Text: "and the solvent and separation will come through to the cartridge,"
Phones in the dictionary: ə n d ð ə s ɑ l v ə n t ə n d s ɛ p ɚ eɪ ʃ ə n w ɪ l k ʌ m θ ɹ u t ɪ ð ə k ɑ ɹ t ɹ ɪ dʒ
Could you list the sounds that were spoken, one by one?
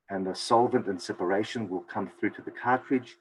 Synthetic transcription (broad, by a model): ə n ð ə s ɑ l v ə n t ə n s ɛ p ɚ eɪ ʃ ə n w ɪ l k ʌ m θ ɹ u t ɪ ð ə k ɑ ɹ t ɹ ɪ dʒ